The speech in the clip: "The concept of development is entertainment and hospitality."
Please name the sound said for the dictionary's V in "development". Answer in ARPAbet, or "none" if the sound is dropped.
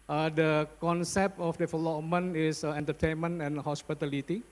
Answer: F